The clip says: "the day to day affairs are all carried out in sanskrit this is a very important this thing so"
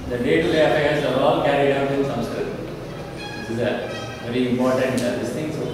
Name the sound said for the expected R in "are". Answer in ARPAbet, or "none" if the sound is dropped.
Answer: L